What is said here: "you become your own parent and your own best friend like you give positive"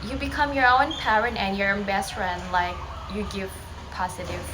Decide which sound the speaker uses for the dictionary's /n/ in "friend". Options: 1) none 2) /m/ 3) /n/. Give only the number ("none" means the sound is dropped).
3